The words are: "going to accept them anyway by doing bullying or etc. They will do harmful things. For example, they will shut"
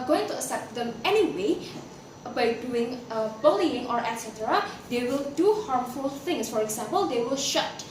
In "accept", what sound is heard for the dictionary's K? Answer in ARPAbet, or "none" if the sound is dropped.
none